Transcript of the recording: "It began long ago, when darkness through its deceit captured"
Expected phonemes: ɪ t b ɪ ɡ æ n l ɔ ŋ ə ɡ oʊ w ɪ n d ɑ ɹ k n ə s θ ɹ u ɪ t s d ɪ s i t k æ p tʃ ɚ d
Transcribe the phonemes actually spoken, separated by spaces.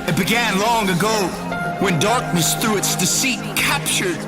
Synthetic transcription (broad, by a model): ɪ t b ɪ ɡ æ n l ɔ ŋ ə ɡ oʊ w ɪ n d ɑ ɹ k n ə s θ ɹ u ɪ t s d ɪ s i t k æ p tʃ ɚ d